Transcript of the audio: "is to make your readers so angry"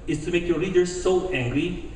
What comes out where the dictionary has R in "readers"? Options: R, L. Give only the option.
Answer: L